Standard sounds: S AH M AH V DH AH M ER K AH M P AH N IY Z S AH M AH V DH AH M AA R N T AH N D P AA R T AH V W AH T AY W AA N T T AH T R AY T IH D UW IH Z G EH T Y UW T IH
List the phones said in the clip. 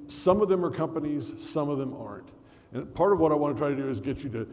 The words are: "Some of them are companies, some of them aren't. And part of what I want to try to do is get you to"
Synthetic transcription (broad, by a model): S AH M AH V DH AH M ER K AH M P AH N IY Z S AH M AH V DH AH M AA R N T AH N P AA R T AH V W AH T AY W AA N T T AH T R AY T IH D UW IH Z G EH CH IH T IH